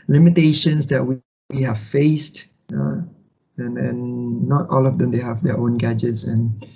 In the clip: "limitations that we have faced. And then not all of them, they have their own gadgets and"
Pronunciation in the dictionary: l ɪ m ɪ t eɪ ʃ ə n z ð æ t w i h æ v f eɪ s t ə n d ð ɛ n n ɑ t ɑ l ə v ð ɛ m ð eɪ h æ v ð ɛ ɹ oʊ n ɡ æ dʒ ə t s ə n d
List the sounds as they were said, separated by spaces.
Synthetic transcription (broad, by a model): l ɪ m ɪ t eɪ ʃ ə n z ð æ t w i h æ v f eɪ s t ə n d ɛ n n ɑ t ɑ l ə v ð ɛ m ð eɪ h æ v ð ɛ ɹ oʊ n ɡ æ dʒ ə t s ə n